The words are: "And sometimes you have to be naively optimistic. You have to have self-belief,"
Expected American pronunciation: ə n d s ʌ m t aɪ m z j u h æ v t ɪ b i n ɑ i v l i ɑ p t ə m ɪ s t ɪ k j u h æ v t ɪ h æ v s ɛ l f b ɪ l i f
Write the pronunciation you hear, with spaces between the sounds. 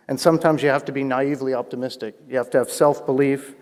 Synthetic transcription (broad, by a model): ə n s ʌ m t aɪ m z j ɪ h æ f t ɪ b i n ɑ i v l i ɑ p t ə m ɪ s t ɪ k j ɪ h æ f t ɪ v s ɛ l f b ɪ l i f